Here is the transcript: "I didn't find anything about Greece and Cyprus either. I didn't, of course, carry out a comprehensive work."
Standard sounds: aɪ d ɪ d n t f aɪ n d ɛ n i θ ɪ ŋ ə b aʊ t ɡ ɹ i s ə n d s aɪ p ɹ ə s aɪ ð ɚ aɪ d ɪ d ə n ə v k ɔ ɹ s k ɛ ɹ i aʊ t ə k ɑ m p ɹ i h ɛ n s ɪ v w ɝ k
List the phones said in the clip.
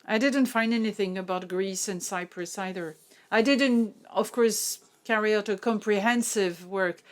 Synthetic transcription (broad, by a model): aɪ d ɪ d n t f aɪ n d ɛ n i θ ɪ ŋ ə b aʊ t ɡ ɹ i s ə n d s aɪ p ɹ ə s aɪ ð ɚ aɪ d ɪ d n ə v k ɔ ɹ s k ɛ ɹ i aʊ t ə k ɑ m p ɹ i h ɛ n s ɪ v w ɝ k